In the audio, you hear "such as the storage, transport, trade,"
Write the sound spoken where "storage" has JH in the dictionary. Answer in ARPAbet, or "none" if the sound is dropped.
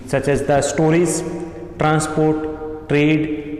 Z